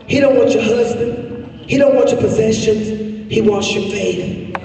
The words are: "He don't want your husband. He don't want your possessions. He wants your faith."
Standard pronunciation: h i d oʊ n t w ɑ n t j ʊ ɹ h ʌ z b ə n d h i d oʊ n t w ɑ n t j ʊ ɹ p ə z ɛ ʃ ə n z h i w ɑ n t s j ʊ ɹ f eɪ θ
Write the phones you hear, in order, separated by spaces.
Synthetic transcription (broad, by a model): h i d oʊ n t w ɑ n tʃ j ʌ ɹ h ʌ z b ə n d h i d oʊ n t w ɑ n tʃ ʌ ɹ p ə z ɛ ʃ ə n z h i w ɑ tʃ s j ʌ ɹ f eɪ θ